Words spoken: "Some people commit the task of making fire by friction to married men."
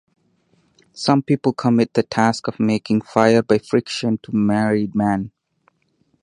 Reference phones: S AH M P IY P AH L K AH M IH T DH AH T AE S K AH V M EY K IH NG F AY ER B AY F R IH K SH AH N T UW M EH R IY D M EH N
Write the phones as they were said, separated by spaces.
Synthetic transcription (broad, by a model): S AH M P IY P AH L K AH M IH T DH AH T AE S K AH V M EY K IH NG F AY ER B AY F R IH K SH AH N T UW M EH R IY D M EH N